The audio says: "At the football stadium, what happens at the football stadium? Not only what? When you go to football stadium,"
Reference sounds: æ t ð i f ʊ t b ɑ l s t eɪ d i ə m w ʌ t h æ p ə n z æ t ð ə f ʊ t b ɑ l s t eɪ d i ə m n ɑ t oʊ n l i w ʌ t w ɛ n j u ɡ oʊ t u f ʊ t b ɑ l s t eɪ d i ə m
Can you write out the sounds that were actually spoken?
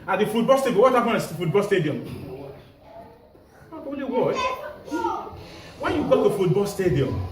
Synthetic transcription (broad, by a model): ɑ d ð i f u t b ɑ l s t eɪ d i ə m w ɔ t h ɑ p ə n ɑ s f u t b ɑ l s t eɪ d i ə m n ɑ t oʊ l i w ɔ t w ɛ n j u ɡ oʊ t u f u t b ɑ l s t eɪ d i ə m